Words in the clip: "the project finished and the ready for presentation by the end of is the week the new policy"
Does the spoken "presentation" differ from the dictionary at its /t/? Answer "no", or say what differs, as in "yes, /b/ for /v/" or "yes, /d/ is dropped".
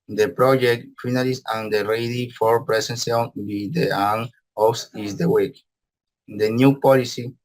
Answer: yes, /s/ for /t/